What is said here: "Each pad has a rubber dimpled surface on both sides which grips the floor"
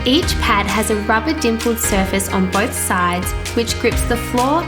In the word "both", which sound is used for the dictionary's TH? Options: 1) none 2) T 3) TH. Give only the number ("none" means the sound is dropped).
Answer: 3